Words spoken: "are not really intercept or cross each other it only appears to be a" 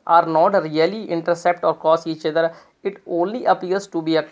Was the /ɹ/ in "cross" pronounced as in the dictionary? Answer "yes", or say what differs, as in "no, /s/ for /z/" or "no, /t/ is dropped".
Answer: no, /ɹ/ is dropped